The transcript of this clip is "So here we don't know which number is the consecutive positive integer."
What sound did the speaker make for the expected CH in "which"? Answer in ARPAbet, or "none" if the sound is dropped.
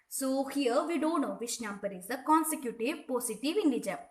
SH